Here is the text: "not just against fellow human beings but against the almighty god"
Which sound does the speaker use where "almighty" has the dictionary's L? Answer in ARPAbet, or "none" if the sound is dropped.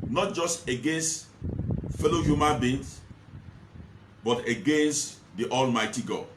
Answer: L